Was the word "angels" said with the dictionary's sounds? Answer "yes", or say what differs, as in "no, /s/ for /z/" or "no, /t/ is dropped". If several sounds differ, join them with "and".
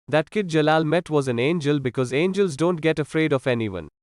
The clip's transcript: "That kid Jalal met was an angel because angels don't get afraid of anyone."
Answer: yes